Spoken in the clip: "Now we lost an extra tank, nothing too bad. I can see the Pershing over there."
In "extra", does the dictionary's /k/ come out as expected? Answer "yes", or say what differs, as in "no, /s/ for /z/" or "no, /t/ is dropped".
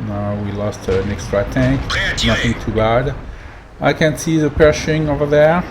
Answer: yes